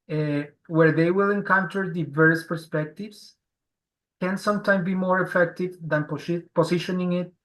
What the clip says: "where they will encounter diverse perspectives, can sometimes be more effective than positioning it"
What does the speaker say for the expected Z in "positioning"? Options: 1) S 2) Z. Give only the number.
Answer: 1